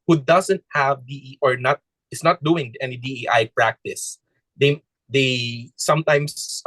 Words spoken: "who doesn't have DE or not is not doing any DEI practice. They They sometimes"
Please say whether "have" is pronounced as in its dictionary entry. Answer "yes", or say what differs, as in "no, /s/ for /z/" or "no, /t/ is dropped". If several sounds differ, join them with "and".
yes